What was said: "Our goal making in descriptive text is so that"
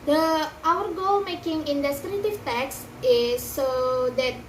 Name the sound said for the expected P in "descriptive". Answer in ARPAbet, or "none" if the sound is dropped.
none